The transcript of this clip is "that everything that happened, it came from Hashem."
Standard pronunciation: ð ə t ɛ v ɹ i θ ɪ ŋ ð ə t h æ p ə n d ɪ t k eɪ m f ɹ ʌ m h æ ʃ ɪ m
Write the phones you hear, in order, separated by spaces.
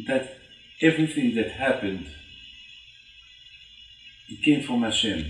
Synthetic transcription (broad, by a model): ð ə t ɛ v ɹ i θ ɪ ŋ ð ə t h æ p ə n d ɪ t k eɪ m f ɹ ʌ m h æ ʃ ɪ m